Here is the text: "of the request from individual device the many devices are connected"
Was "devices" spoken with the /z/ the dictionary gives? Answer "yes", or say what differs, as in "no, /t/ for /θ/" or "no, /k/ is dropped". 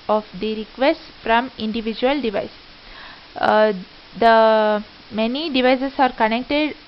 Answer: no, /s/ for /z/